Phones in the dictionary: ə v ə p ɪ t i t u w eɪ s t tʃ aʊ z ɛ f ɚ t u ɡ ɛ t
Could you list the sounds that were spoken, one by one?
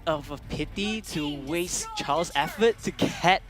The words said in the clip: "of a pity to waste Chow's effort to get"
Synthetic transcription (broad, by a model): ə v ə p ɪ t i t u w eɪ s tʃ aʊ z ɛ f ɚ t u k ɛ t